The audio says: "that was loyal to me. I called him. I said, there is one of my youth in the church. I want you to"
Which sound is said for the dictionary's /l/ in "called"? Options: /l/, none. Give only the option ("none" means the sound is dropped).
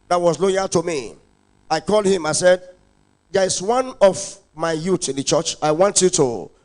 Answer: /l/